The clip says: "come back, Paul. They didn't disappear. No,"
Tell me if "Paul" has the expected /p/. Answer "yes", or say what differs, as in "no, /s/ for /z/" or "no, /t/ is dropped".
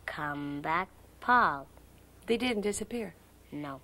yes